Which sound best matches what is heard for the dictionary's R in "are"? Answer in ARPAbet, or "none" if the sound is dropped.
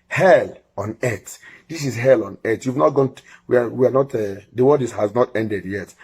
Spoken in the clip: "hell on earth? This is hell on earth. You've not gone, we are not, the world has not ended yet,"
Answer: W